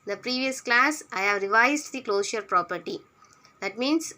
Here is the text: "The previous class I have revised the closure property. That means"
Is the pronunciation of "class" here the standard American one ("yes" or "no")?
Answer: yes